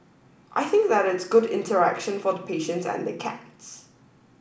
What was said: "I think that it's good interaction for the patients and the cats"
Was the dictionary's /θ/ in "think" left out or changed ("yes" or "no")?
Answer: no